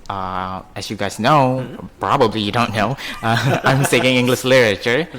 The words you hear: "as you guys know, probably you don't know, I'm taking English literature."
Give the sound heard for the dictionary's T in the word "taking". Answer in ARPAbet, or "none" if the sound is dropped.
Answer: S